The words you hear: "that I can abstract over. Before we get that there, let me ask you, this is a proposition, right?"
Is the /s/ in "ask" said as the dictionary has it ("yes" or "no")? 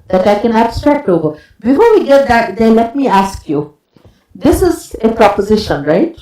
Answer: yes